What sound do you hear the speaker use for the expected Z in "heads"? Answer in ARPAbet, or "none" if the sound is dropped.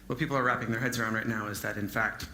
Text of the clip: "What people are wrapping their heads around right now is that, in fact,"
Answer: Z